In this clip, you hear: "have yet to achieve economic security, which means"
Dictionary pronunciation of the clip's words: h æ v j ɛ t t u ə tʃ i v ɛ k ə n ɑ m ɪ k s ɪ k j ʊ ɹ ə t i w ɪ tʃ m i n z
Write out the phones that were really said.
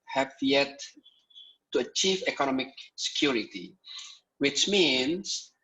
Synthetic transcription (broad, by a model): h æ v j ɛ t t u ə tʃ i v ɛ k ə n ɑ m ɪ k s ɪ k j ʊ ɹ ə t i w ɪ tʃ m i n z